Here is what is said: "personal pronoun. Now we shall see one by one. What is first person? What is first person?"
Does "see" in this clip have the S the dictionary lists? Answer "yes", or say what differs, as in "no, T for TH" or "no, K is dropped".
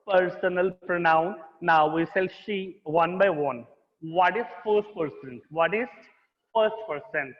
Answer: no, SH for S